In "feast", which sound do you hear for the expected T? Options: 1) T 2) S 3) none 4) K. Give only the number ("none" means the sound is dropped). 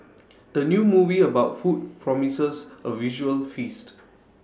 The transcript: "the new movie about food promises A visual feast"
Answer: 1